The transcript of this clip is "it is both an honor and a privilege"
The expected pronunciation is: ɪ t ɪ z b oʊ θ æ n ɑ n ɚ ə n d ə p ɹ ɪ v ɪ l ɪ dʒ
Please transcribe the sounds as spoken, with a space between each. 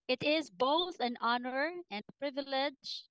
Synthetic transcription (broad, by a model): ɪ t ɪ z b oʊ θ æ n ɑ n ɚ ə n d ə p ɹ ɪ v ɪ l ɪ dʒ